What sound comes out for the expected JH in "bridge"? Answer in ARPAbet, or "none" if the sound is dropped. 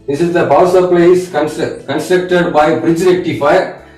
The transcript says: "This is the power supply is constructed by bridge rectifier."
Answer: JH